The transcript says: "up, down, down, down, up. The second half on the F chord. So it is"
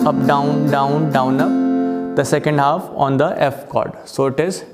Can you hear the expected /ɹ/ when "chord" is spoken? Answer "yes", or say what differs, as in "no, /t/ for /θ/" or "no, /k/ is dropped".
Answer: yes